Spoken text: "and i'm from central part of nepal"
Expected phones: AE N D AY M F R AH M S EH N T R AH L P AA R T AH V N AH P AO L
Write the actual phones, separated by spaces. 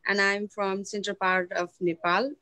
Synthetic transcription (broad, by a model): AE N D AY M F R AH M S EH N T AH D P AA R T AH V N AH P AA L